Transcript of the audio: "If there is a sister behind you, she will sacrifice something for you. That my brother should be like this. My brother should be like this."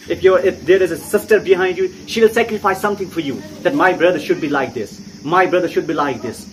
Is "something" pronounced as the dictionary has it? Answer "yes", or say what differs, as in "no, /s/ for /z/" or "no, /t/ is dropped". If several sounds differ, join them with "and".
no, /t/ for /θ/